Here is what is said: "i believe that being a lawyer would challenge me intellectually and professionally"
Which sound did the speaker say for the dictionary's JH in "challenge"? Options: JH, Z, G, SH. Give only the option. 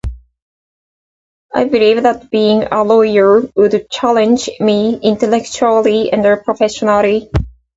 JH